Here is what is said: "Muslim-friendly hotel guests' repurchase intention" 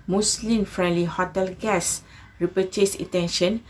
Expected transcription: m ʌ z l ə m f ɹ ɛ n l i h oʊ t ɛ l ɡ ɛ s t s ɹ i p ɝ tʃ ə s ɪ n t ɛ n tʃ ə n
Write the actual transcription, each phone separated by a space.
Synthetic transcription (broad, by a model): m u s l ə m f ɹ ɛ n l i h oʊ t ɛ l ɡ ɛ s s ɹ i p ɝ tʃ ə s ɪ t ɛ n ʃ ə n